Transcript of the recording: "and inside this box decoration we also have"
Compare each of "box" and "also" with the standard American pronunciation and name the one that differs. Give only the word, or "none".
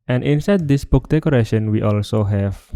box